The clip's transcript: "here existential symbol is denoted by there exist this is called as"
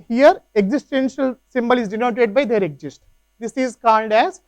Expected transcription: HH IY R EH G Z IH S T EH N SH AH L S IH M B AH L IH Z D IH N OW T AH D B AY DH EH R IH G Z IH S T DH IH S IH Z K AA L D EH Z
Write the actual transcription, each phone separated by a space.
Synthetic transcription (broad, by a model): HH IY R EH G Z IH S T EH N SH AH L S IH M B AH L IH Z D IH N OW T AH D B AY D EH R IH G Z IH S T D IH S IH Z K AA N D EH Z